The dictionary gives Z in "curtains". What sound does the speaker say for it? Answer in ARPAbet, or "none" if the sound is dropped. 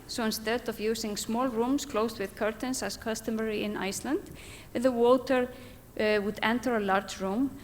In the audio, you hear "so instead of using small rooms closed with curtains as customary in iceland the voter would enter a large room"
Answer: S